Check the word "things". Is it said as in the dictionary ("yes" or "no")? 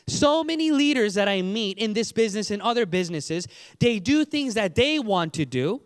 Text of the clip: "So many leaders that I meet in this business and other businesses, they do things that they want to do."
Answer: yes